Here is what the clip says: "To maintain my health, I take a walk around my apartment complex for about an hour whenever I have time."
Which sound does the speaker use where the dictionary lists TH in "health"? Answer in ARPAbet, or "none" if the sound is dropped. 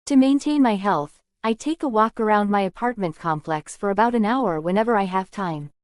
TH